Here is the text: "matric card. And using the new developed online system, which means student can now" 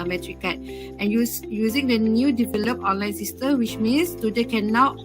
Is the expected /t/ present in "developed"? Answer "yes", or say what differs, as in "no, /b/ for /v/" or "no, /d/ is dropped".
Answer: no, /t/ is dropped